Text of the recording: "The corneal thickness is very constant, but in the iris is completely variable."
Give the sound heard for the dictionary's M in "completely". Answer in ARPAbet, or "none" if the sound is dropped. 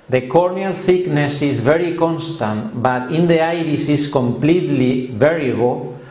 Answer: M